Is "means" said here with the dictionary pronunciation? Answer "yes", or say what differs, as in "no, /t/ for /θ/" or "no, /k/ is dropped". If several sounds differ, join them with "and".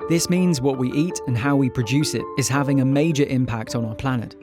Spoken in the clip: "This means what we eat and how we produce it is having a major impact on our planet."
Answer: yes